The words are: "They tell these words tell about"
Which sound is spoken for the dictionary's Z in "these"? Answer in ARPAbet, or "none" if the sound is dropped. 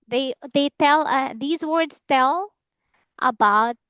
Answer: Z